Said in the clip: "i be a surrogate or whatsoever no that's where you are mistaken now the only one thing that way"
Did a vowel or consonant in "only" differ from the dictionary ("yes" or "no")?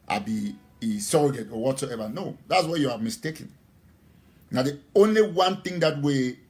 no